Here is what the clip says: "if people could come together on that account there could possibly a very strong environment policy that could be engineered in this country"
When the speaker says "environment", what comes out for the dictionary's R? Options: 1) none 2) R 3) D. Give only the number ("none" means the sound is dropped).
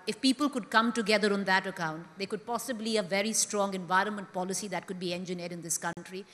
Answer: 2